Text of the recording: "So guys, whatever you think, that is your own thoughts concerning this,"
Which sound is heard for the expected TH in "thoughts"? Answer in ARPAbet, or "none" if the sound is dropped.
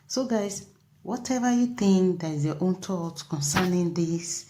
T